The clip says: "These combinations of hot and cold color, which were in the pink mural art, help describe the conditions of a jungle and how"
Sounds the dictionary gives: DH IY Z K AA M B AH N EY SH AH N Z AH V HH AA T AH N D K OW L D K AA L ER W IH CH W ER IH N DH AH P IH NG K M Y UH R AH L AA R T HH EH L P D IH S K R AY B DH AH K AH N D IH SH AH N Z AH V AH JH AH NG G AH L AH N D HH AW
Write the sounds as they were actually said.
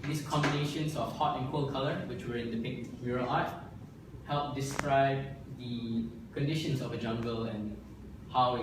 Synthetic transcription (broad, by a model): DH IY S K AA M B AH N EY SH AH N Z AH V HH AA T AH N K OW L K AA L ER W IH CH W ER IH N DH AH P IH K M Y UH R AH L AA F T HH EH L P D IH S K R AY B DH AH K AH N D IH SH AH N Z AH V AH JH AH NG G AH L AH N HH AW